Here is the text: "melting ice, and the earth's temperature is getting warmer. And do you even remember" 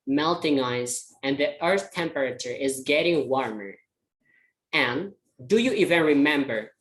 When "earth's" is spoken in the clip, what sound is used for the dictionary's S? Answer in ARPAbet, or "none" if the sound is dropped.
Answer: none